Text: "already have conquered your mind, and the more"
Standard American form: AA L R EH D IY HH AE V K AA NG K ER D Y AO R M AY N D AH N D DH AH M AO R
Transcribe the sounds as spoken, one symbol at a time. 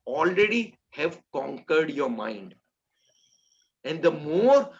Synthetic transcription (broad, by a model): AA L R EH D IY HH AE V K AA NG K ER D Y AO R M AY N D AH N D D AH M AO R